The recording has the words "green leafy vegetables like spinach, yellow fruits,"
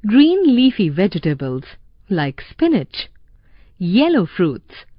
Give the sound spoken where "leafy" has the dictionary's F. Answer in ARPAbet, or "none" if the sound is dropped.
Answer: F